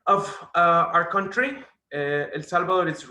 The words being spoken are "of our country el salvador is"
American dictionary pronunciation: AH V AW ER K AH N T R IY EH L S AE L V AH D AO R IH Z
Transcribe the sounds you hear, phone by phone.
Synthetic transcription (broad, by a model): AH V AW ER K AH N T R IY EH L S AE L B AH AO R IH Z